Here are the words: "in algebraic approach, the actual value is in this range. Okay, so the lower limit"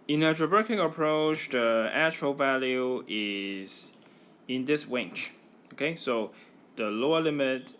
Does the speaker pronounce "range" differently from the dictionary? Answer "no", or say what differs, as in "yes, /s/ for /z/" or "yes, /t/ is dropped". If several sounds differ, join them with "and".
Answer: yes, /w/ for /ɹ/ and /tʃ/ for /dʒ/